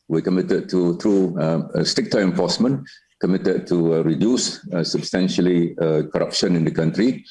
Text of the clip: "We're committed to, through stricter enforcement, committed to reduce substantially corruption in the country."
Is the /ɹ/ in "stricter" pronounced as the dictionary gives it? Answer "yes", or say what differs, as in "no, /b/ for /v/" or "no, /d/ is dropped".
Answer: no, /ɹ/ is dropped